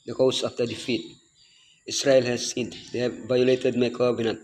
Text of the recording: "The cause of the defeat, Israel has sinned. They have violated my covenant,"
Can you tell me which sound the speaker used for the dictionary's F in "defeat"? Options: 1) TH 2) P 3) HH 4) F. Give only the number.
4